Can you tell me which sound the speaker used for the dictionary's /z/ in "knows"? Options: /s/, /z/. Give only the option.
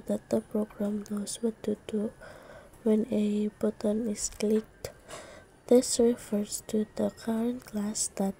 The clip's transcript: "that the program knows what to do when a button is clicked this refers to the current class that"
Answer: /s/